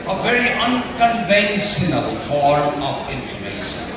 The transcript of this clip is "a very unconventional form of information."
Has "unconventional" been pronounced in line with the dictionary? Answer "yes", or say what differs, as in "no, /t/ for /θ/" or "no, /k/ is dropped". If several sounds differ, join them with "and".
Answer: no, /s/ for /ʃ/